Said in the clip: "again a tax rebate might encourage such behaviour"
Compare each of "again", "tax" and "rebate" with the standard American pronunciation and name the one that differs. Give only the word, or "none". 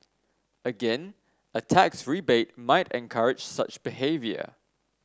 none